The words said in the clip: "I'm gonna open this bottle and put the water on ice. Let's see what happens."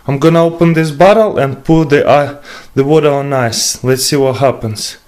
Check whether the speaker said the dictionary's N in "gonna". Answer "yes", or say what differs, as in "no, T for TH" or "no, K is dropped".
yes